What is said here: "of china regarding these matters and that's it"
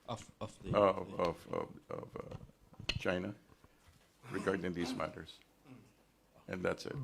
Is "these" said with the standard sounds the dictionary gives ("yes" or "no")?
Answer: yes